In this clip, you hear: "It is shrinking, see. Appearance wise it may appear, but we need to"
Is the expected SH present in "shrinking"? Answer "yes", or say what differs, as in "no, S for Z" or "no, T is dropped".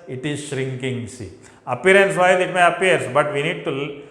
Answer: yes